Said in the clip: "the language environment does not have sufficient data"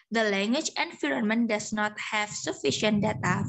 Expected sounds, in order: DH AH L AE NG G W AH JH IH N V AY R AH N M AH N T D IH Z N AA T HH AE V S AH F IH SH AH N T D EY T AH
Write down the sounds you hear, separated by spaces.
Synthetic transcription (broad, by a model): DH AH L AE NG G W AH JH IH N F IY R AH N M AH N D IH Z N AA T HH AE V S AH F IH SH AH N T D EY T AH